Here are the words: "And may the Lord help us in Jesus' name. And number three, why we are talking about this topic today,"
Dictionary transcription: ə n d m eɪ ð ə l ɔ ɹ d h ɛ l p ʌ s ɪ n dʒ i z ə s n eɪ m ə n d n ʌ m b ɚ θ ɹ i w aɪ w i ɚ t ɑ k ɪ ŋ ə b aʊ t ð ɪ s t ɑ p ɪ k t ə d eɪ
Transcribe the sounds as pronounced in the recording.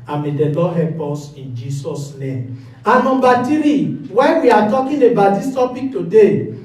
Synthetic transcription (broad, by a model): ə m eɪ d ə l ɔ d h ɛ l p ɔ s ɪ n dʒ i s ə s n eɪ m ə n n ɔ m b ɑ t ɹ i w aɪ w i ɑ t ɑ k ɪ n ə b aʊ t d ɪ s t ɑ p ɪ k t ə d eɪ